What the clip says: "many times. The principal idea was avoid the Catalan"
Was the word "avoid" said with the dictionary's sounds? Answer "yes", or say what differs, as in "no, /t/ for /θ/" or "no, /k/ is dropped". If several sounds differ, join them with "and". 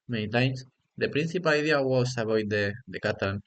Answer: no, /b/ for /v/